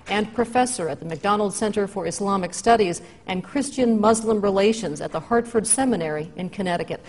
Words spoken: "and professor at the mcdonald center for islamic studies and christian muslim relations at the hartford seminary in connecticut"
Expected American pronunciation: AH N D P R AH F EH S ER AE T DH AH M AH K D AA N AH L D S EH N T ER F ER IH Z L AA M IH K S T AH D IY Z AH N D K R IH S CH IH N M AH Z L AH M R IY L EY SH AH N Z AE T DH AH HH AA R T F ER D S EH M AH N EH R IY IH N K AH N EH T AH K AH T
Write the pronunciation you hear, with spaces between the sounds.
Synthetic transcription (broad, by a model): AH N P R AH F EH S ER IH T DH AH M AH K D AA N L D S EH N T ER F ER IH S L AA M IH K S T AH D IY Z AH N K R IH S CH IH N M AH Z L AH M R IY L EY SH AH N Z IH T DH AH HH AA R T F ER D S EH M AH N EH R IY IH N K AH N EH T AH K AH T